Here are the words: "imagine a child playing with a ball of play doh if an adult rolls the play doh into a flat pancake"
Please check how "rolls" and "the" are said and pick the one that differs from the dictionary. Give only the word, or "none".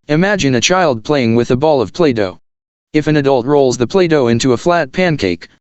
none